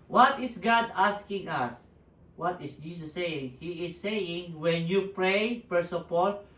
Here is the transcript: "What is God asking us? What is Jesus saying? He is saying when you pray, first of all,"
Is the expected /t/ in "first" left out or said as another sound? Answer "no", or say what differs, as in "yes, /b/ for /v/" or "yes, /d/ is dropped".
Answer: yes, /t/ is dropped